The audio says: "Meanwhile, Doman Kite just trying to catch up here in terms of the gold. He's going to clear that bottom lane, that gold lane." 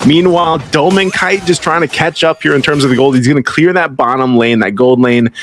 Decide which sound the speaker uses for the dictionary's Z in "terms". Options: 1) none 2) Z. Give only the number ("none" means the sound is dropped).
2